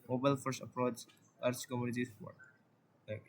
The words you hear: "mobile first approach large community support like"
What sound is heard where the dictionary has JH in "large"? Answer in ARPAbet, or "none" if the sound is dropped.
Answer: CH